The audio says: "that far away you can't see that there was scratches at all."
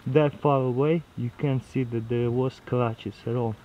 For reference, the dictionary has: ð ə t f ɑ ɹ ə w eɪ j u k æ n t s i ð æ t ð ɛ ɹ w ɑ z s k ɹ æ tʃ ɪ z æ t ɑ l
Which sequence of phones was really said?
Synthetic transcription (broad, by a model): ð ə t f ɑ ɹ ə w eɪ j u k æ n s i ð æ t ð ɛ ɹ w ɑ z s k l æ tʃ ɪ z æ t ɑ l